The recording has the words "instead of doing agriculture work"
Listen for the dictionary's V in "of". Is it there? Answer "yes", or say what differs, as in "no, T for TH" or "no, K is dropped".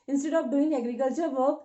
no, P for V